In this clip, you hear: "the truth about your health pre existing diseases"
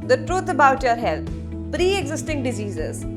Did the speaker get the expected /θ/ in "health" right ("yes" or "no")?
no